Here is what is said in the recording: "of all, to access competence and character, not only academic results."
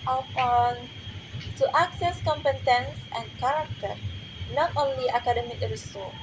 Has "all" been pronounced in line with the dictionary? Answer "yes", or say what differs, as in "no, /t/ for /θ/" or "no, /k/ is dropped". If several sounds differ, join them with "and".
no, /n/ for /l/